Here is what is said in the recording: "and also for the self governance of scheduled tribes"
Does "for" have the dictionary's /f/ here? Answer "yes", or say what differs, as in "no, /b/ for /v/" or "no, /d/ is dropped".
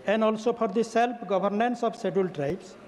no, /p/ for /f/